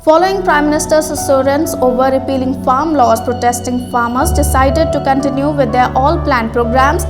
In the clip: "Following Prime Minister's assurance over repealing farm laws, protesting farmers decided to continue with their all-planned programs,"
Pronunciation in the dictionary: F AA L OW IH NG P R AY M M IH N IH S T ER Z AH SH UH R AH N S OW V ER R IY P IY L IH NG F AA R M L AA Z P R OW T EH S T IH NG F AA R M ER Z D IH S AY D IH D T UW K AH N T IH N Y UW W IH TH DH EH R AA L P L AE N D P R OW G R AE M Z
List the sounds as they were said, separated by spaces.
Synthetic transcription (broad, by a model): F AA L OW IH NG P R AY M M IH N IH S T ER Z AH S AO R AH N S OW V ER R IY P IY L IH NG F AA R M L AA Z P R OW T EH S T IH NG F AA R M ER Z D IH S AY D IH D T UW K AH N T IH N Y UW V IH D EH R AA L P L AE N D P R OW G R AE M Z